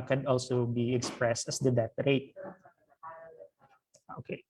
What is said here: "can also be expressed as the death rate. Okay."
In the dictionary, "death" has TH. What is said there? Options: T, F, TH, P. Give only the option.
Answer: T